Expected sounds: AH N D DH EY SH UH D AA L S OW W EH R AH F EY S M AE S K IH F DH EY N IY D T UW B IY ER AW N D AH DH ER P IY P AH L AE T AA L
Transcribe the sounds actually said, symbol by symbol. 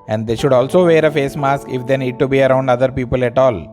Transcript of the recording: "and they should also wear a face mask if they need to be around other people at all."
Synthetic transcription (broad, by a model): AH N D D EY SH UH D AA L S OW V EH R AH F EY S M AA S K IH F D EY N IY D T UW B IY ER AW N D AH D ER P IY P AH L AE T AA L